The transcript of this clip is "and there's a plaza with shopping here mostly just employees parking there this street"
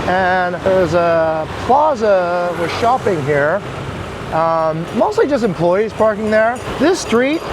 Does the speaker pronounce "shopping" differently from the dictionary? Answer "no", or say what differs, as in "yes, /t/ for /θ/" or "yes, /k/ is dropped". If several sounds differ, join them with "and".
no